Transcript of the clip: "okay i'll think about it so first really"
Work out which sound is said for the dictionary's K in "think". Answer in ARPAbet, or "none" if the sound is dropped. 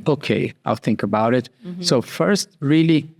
K